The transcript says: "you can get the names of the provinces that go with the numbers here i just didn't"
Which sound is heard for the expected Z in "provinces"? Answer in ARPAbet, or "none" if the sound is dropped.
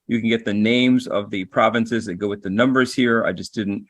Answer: Z